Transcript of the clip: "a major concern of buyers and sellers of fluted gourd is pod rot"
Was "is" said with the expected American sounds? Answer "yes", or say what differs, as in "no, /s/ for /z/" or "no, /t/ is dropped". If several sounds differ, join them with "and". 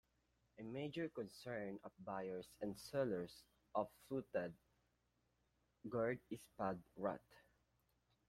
no, /s/ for /z/